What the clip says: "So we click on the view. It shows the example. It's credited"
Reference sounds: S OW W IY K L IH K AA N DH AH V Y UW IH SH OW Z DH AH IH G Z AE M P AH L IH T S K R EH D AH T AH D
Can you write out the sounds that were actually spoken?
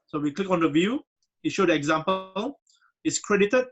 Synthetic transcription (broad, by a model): S OW W IY K L IH K AA N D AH V Y UW IH SH OW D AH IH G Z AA M P AH L IH T S K R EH D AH T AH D